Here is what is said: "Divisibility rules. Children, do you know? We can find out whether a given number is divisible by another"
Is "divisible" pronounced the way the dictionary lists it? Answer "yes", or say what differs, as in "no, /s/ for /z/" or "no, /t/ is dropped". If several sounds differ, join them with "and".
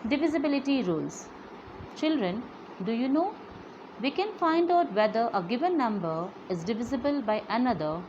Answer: yes